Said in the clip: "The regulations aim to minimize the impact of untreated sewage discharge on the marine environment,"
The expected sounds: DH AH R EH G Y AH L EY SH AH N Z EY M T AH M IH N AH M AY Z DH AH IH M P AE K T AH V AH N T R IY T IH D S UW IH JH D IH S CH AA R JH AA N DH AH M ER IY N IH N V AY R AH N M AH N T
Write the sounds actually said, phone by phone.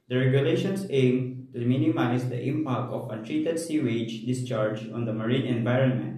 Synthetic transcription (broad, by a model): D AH R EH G Y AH L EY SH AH N S EY M T AH M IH N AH M AY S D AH IH M P AE K T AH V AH T R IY T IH D S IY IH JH D IH S CH AA R JH AA N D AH M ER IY N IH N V AY R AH N M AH N T